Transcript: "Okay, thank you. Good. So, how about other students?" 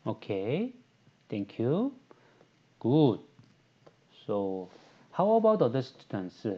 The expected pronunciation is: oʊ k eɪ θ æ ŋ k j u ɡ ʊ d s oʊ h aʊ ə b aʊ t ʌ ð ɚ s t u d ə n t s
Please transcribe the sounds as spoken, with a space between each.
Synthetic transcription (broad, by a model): oʊ k eɪ t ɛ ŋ k j u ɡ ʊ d s oʊ h aʊ ə b aʊ t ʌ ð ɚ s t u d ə n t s